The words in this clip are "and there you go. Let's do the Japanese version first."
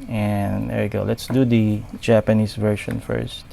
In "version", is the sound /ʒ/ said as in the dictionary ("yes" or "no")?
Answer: no